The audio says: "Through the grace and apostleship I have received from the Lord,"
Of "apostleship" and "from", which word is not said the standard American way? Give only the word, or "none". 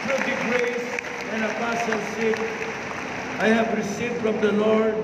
apostleship